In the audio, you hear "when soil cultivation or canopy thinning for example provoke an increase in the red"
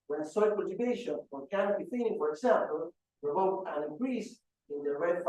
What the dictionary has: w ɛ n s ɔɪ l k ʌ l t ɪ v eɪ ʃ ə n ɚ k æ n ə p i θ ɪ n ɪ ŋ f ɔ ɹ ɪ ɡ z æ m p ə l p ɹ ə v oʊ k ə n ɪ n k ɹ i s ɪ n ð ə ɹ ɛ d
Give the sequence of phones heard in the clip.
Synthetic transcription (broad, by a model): w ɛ n s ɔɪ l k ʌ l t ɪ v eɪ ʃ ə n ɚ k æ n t b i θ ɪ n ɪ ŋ f ɔ ɹ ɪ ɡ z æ m p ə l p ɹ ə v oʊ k ə n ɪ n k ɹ i s ɪ n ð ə ɹ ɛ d